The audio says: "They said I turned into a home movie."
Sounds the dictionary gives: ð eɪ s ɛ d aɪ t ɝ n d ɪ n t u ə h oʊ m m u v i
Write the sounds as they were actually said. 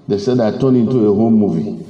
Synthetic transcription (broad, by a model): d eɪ s ɛ d aɪ t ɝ n ɪ n t u ə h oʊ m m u v i